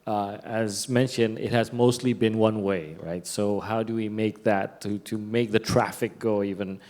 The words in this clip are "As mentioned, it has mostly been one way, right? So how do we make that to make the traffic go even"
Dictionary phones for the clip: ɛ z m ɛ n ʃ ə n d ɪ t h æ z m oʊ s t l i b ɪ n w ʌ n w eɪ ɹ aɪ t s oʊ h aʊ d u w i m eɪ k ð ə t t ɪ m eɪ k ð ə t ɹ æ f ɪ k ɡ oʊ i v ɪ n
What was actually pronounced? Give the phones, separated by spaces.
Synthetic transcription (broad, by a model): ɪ z m ɛ n ʃ ə n d ɪ t h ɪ z m oʊ s t l i b ɪ n w ʌ n w eɪ ɹ aɪ t s oʊ h aʊ d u w i m eɪ k ð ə t t ɪ m eɪ k ð ə t ɹ æ f ɪ k ɡ oʊ i v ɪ n